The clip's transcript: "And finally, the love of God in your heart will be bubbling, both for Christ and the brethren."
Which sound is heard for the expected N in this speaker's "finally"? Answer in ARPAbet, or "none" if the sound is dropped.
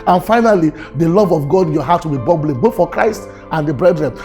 N